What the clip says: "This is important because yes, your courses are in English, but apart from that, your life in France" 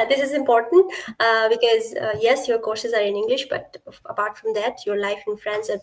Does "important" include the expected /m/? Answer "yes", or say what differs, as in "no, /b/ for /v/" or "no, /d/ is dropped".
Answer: yes